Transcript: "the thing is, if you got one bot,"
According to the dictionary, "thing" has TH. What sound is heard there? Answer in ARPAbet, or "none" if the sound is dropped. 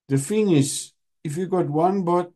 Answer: F